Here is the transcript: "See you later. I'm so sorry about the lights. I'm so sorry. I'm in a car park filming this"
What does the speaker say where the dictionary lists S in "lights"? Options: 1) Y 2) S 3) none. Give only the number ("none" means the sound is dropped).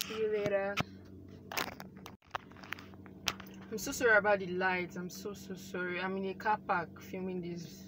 3